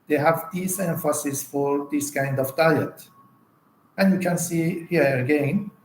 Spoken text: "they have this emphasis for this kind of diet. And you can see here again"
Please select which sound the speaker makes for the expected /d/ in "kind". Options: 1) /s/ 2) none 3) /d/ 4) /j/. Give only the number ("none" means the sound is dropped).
3